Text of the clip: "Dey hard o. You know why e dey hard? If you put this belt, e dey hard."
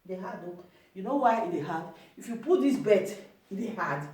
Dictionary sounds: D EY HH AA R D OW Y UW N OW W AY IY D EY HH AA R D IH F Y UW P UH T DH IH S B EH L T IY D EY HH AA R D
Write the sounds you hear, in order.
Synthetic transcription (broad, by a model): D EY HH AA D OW Y UW N OW W AY IY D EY HH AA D IH F Y UW P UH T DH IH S B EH T IY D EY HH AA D